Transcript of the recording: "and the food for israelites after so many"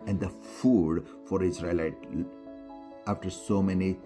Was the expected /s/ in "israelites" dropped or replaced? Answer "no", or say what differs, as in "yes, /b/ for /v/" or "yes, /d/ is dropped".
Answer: yes, /s/ is dropped